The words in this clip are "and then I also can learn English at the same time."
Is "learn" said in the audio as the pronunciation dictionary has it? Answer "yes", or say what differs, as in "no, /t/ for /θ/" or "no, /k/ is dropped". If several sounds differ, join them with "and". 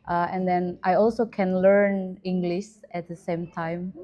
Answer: yes